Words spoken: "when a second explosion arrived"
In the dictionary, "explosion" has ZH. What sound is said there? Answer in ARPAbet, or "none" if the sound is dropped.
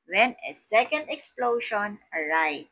SH